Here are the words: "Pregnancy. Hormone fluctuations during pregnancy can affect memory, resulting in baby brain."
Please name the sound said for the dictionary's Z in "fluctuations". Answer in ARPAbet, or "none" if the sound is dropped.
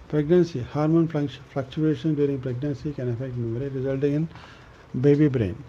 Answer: none